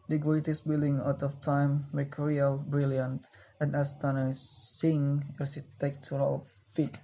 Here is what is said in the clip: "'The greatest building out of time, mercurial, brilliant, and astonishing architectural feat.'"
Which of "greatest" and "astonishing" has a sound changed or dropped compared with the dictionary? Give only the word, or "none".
astonishing